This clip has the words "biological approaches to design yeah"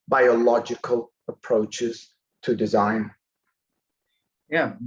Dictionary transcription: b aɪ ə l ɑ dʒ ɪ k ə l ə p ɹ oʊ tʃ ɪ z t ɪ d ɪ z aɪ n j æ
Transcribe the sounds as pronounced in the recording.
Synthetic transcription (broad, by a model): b aɪ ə l ɑ dʒ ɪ k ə l ə p ɹ oʊ tʃ ɪ z t ɪ d ɪ z aɪ n j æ